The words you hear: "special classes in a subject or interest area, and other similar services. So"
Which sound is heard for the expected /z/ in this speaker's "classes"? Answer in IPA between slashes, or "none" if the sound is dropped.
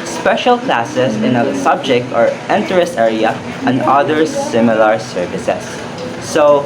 /s/